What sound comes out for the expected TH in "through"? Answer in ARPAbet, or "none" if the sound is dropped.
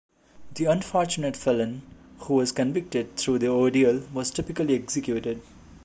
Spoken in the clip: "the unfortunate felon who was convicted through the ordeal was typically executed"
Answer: T